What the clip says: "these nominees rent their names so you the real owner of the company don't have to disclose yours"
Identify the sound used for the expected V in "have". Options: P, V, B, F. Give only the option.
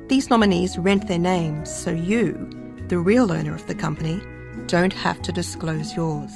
F